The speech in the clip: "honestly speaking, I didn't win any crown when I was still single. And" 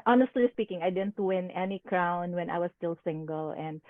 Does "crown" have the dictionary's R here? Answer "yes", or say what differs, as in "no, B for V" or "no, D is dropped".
yes